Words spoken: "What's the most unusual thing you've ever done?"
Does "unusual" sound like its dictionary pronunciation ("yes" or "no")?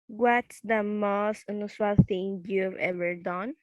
no